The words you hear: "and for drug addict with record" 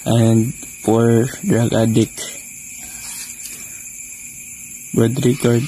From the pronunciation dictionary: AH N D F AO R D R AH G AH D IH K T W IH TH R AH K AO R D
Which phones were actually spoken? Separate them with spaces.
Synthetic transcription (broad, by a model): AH N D P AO R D R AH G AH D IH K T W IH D R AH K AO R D